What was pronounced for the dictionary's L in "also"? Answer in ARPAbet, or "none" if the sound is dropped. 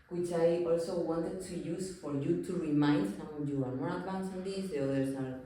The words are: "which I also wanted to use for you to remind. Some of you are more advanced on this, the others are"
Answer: L